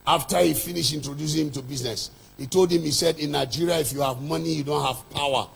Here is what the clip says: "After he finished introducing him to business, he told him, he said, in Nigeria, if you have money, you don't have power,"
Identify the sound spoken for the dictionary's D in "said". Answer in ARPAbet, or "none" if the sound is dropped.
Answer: D